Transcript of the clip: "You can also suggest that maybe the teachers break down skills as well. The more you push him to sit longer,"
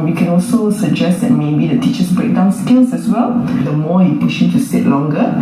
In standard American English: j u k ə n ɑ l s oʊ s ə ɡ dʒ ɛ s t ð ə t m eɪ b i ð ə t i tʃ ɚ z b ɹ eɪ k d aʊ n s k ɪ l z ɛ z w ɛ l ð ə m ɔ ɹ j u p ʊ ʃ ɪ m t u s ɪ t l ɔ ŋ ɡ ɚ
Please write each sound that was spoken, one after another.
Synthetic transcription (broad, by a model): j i k ə n ɑ l s oʊ s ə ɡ dʒ ɛ s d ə t m eɪ b i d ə t i tʃ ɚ s b ɹ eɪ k d aʊ n s k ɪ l s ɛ s w ɛ l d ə m ɔ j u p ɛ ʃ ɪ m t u s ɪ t l ɔ ŋ ɡ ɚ